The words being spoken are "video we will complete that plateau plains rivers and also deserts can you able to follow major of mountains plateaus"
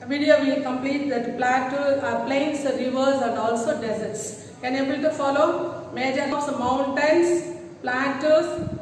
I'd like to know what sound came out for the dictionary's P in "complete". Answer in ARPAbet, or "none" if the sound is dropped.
P